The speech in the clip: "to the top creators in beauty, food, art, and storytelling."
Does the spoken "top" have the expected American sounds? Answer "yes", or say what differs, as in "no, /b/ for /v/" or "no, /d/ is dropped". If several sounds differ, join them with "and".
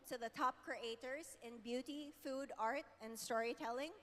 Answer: yes